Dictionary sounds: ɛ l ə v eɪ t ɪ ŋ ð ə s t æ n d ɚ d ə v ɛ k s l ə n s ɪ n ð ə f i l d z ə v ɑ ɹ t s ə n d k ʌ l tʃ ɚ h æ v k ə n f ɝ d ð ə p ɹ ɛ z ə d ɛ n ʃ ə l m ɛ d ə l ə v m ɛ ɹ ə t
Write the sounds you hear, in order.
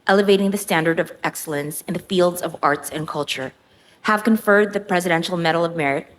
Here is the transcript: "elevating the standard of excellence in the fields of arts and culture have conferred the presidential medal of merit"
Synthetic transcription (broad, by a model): ɛ l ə v eɪ t ɪ ŋ ð ə s t æ n d ɚ d ə v ɛ k s l ə n s ɪ n ð ə f i l d z ə v ɑ ɹ t s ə n k ʌ l tʃ ɚ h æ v k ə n f ɝ d ð ə p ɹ ɛ z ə d ɛ n ʃ l m ɛ d l ə v m ɛ ɹ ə t